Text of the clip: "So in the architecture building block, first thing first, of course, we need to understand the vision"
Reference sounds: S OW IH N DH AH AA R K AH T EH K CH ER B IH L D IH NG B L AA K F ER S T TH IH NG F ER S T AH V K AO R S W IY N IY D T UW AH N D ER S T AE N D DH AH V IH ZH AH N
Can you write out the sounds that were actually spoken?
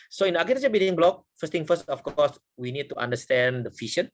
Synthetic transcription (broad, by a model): S OW IH N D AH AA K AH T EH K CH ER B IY D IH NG B L AA K F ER S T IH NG F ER S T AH F K AO S W IY N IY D T UW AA N D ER S T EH N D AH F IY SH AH N